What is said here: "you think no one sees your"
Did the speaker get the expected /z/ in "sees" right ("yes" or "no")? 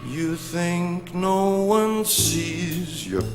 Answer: yes